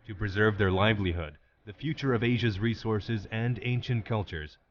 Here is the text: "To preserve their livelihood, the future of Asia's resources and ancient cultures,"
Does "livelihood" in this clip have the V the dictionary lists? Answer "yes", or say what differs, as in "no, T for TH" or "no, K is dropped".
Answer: yes